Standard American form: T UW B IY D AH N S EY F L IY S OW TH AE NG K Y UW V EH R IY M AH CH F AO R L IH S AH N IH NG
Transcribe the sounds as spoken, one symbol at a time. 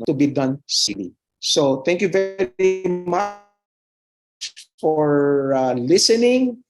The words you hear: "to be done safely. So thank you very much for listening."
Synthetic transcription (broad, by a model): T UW B IY D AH N S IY L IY S OW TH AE NG K Y UW V EH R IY M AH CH F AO R L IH S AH N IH NG